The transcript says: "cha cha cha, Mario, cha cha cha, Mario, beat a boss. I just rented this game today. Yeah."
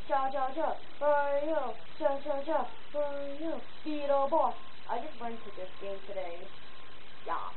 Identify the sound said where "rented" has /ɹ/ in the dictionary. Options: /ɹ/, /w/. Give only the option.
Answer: /w/